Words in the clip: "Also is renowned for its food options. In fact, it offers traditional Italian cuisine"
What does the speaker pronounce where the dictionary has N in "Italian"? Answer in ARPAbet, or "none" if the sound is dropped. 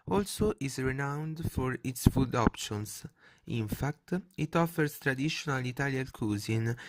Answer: L